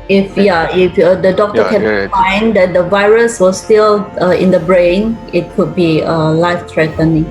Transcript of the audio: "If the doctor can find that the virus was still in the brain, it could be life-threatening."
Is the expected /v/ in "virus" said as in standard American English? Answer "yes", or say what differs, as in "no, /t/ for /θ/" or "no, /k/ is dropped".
yes